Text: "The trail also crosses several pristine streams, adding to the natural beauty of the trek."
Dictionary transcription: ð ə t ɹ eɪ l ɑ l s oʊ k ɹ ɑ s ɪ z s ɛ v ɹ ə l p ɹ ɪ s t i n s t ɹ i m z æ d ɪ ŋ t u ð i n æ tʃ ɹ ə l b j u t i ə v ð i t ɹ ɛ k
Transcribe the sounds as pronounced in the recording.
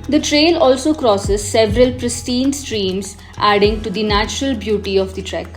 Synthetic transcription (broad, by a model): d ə t ɹ eɪ l ɑ l s oʊ k ɹ ɑ s ɪ z s ɛ v ɹ ə l p ɹ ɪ s t i n s t ɹ i m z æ d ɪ ŋ t u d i n æ tʃ ɹ ə l b j u t i ə v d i t ɹ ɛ k